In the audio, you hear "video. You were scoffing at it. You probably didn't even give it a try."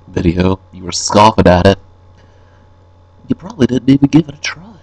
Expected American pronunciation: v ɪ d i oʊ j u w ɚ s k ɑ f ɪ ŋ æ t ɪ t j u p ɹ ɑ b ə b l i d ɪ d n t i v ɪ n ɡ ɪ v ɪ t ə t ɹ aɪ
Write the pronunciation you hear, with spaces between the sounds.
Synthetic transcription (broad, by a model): v ɪ d i oʊ j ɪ w ɚ s k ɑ f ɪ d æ t ɪ t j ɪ p ɹ ɑ b ə b l i d ɪ d n t i v ɪ n ɡ ɪ v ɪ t ə t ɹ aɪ